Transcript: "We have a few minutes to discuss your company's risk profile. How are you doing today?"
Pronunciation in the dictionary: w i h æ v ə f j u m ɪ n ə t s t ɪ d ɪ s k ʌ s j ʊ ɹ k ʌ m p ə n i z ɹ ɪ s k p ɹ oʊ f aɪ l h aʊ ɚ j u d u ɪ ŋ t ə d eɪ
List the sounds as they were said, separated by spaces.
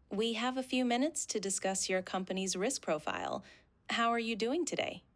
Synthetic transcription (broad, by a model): w i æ v ə f j u m ɪ n ə t s t ɪ d ɪ s k ʌ s j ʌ ɹ k ʌ m p ə n i z ɹ ɪ s k p ɹ oʊ f aɪ l h aʊ ɚ j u d u ɪ ŋ t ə d eɪ